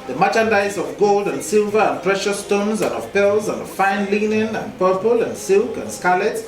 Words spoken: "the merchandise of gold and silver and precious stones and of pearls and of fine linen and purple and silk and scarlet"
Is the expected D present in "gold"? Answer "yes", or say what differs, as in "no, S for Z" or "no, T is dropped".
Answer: yes